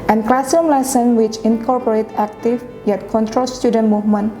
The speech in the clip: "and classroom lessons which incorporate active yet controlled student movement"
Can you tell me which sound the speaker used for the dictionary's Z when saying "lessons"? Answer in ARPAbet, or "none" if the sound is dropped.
none